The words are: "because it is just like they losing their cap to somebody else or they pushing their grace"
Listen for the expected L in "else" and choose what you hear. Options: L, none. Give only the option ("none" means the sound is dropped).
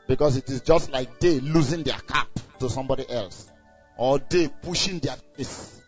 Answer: L